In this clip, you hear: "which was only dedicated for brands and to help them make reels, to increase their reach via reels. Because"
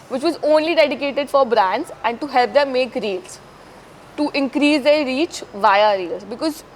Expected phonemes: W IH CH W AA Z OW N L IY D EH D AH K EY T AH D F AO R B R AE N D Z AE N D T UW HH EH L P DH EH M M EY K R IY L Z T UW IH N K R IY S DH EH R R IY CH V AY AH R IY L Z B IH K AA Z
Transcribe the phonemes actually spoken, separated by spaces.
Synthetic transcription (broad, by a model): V IH CH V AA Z OW N L IY D EH D AH K EY T AH D F AO R B R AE N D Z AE N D T UW HH EH L P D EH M M EY K R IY L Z T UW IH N K R IY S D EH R R IY CH V AY AH R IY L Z B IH K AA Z